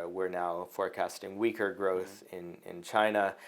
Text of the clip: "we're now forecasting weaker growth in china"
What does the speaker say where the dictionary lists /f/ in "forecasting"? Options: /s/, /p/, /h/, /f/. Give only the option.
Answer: /f/